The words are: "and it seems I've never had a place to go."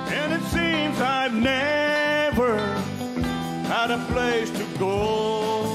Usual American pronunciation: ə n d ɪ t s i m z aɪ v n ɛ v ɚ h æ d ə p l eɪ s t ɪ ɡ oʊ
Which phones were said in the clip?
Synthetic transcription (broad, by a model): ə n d ɪ t s i m z aɪ v n ɛ v ɚ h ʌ d ə p l eɪ s t ɪ ɡ oʊ